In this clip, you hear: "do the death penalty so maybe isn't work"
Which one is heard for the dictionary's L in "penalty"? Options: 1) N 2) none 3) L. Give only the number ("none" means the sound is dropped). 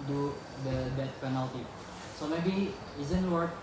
3